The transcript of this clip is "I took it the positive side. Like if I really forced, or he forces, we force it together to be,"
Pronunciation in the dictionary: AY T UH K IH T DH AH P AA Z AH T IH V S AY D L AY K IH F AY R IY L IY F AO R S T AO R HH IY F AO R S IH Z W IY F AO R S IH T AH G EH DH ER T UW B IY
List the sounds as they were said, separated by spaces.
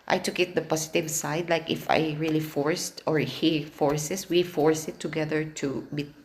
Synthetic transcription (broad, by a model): AY T UH K IH T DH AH P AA S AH T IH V S AY D L AY K IH F AY R IY L IY F AO R S T AO R HH IY F AO R S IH S W IY F AO R S IH T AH G EH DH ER T UW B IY